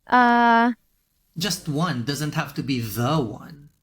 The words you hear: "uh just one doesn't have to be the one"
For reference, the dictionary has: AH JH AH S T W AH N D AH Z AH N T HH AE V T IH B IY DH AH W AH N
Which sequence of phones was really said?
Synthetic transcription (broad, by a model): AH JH AH S T W AH N D AH Z AH N T HH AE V T IH B IY DH AH W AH N